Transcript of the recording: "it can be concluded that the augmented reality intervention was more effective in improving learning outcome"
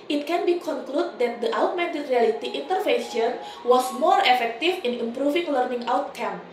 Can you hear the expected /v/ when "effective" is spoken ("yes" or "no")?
no